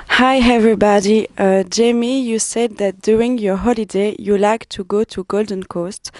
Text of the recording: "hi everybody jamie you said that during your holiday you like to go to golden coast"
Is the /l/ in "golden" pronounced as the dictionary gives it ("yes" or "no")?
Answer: yes